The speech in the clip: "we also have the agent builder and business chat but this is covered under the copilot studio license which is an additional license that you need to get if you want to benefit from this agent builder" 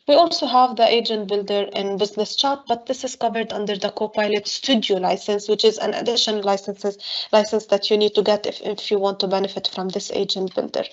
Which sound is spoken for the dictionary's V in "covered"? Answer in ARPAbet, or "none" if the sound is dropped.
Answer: V